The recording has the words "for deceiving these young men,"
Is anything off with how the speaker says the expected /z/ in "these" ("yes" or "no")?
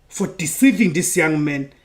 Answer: yes